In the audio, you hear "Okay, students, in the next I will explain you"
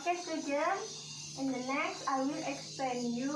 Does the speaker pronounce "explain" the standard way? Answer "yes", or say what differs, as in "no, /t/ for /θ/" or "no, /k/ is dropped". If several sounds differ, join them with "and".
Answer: no, /l/ is dropped